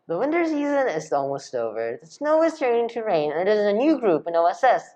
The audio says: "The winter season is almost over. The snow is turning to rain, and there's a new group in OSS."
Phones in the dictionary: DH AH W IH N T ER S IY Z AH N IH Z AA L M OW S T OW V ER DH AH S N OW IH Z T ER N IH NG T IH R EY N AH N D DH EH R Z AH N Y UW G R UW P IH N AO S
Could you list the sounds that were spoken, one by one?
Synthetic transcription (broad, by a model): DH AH W IH N T ER S IY Z AH N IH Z AA L M OW S T OW V ER DH AH S N OW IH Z T ER N IH NG T IH R EY N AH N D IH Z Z AH N Y UW G R UW P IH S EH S